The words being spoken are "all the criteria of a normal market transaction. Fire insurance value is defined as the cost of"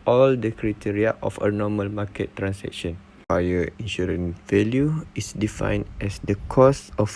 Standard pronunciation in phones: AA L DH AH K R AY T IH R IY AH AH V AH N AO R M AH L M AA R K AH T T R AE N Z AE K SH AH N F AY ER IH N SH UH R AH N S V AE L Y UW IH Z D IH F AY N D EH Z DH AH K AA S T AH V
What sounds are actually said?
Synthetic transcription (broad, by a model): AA L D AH K R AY T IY R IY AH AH F AH N AO M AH L M AA K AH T T R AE N S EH K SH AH N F AY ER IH N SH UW R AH N V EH L Y UW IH S D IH F AY N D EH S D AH K AA S AH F